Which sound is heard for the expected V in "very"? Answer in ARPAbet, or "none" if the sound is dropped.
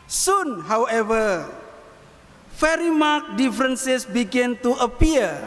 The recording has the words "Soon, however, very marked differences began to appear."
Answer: F